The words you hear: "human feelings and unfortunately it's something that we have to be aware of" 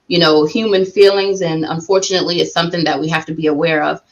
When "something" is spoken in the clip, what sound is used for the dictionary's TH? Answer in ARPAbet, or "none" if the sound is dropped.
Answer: TH